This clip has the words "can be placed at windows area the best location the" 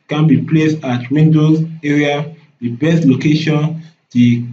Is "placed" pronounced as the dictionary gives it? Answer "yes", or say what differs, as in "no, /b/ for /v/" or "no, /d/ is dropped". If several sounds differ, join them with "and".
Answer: yes